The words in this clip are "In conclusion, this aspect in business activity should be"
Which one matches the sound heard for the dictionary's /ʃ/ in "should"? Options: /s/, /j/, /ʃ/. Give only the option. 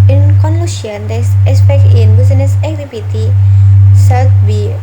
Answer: /s/